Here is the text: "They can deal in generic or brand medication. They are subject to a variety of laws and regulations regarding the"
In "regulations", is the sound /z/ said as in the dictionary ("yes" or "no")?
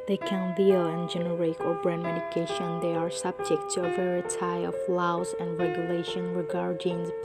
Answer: no